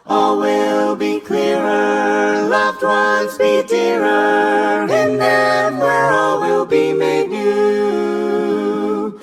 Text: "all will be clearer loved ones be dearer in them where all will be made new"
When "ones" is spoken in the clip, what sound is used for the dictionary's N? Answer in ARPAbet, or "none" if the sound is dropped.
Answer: none